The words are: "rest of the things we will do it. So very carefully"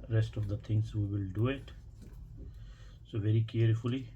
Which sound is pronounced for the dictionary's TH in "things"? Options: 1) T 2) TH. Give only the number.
1